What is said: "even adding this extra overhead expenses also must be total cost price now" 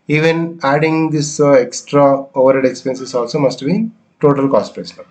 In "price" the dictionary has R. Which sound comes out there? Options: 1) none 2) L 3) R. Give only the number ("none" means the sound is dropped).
1